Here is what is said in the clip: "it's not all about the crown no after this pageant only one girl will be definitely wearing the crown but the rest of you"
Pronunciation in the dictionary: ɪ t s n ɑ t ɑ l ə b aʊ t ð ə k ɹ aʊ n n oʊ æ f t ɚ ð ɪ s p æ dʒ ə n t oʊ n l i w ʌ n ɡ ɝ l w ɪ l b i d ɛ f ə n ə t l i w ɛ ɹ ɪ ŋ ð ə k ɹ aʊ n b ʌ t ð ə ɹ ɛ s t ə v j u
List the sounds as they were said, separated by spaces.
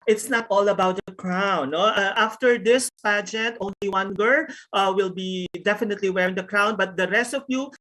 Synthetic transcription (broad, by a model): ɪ t s n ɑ t ɑ l ə b aʊ t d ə k ɹ aʊ n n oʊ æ f t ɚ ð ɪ s p æ dʒ ə n t oʊ n l i w ʌ n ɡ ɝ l w ɪ l b i d ɛ f ə n ə t l i w ɛ ɹ ɪ ŋ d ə k ɹ aʊ n b ʌ t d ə ɹ ɛ s t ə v j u